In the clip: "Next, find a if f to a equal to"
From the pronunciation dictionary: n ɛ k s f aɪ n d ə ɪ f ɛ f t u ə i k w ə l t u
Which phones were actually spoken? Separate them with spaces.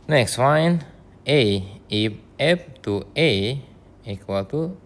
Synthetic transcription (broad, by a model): n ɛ k s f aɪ n ə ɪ p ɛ p t u ə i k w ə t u